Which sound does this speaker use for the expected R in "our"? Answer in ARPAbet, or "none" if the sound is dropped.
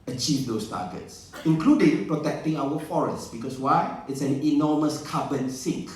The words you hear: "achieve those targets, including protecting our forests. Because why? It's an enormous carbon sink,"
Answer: W